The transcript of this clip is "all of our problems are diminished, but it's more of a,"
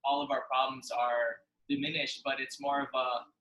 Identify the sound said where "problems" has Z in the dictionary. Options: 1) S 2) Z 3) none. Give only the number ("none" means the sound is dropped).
2